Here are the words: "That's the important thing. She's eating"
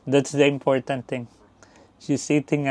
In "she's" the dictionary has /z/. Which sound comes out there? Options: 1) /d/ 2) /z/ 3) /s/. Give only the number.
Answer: 3